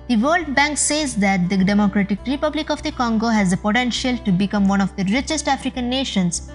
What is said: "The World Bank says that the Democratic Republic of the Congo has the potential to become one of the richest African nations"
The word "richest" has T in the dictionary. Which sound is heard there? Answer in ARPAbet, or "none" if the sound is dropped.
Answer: T